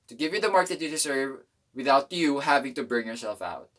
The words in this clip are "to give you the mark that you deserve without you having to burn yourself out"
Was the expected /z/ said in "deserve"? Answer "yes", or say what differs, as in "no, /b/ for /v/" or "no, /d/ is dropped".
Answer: no, /s/ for /z/